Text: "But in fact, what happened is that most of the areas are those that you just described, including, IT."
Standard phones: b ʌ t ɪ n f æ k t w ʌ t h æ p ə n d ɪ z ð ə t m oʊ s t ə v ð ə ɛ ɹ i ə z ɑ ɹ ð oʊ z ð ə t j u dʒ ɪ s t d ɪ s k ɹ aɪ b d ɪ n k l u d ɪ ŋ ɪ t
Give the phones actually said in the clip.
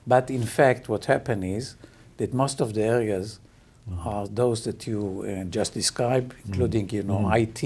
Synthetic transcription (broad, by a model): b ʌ t ɪ n f æ k t w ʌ t h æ p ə n ɪ z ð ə t m oʊ s t ə v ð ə ɛ ɹ i ə z ɑ ɹ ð oʊ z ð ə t j u dʒ ɪ s t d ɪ s k ɹ aɪ b ɪ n k l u d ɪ ŋ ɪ t